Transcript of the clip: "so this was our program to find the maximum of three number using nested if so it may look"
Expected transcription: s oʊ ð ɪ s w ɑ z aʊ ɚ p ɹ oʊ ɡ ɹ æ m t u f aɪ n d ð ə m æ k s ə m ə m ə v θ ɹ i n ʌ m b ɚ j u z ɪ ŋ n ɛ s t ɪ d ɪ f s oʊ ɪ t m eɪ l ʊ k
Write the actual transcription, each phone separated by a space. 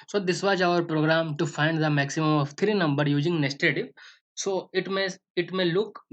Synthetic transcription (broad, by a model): s oʊ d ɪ s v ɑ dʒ aʊ ɚ p ɹ oʊ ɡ ɹ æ m t u f aɪ n d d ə m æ k s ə m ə m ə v t ɹ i n ʌ m b ɚ j u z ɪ ŋ n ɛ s t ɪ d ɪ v s oʊ ɪ t m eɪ l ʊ k